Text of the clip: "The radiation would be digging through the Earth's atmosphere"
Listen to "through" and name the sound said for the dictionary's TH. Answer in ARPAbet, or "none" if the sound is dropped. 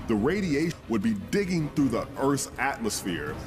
TH